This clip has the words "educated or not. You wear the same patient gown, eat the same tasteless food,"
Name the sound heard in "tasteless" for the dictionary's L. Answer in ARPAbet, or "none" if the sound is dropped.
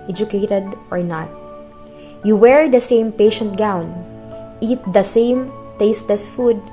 none